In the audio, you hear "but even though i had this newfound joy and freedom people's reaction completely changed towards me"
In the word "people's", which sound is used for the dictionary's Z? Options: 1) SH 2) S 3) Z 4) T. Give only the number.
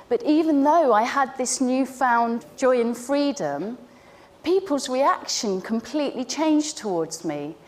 3